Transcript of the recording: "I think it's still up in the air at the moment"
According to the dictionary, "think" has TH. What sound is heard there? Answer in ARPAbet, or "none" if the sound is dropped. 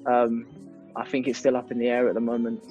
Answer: TH